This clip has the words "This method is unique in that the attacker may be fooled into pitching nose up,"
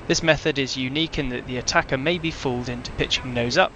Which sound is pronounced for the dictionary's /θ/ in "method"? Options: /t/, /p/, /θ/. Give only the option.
/θ/